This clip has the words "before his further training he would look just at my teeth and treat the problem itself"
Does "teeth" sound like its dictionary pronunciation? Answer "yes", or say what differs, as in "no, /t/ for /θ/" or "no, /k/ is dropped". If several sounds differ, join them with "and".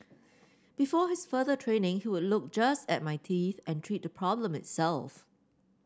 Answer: yes